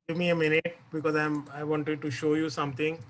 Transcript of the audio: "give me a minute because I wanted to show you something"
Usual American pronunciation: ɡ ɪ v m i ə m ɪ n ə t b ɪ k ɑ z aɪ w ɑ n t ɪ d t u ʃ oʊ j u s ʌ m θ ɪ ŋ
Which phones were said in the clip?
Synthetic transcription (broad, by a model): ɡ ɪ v m i ə m ɪ n ə t b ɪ k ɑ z aɪ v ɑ n t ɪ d t u ʃ oʊ j u s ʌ m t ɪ ŋ